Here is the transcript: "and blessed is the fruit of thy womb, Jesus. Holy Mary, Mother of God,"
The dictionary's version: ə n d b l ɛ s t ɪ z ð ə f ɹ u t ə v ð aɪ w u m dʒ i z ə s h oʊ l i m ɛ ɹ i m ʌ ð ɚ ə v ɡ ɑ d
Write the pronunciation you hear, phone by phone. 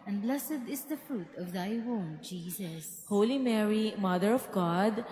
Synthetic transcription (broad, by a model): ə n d b l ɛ s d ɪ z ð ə f ɹ u t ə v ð aɪ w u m dʒ i z ə s h oʊ l i m ɛ ɹ i m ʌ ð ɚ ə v ɡ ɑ d